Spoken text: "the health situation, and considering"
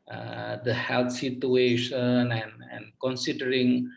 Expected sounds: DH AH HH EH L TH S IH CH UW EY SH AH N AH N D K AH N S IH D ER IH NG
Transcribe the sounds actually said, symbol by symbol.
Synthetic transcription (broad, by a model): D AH HH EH L T S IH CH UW EY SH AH N AH N D K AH N S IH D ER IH NG